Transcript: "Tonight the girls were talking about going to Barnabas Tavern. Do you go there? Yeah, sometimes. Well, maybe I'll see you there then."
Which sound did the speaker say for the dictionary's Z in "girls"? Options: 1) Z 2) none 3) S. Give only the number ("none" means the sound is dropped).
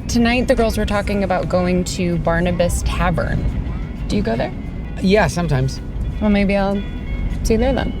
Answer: 1